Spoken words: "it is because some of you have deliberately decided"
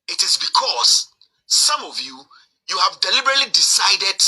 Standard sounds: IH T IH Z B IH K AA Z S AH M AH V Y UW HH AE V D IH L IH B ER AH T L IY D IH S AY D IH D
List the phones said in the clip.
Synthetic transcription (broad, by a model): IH T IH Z B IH K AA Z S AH M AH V Y UW HH AE V D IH L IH B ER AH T L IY D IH S AY D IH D